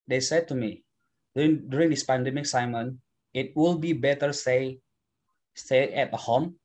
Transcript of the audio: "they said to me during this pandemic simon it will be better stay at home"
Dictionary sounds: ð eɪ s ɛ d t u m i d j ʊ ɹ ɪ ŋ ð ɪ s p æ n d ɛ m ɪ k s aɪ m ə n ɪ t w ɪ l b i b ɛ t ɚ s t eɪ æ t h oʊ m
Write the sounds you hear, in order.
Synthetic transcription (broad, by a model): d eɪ s ɛ d t u m i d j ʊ ɹ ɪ ŋ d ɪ s p æ n d ɛ m ɪ k s aɪ m ə n ɪ t w ɪ l b i b ɛ t ɚ s s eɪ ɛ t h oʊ m